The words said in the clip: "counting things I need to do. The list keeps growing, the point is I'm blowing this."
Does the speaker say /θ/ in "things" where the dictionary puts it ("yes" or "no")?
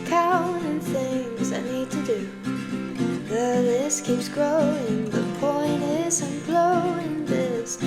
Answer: yes